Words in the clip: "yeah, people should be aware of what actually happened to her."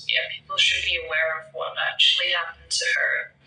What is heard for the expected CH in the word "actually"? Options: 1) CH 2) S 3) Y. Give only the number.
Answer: 1